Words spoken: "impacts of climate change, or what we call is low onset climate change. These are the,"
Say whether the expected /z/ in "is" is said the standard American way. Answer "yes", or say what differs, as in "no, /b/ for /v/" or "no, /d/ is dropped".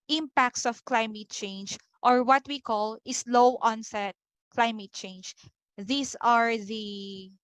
no, /s/ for /z/